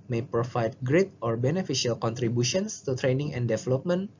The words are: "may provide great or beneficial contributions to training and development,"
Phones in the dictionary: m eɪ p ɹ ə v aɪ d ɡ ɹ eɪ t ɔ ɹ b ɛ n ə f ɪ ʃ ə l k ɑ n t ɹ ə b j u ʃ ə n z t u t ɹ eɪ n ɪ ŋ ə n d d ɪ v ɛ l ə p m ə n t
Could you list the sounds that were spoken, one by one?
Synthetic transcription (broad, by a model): m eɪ p ɹ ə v aɪ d ɡ ɹ eɪ t ɔ ɹ b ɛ n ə f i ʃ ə l k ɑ n t ɹ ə b j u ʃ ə n s t u t ɹ eɪ n ɪ ŋ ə n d d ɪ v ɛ l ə p m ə n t